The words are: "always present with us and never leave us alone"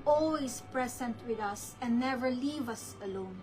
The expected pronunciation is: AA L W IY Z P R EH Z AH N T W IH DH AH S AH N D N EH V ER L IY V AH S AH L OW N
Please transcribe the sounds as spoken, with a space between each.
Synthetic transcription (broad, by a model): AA L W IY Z P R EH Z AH N T W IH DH AH S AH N N EH V ER L IY V AH S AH L OW N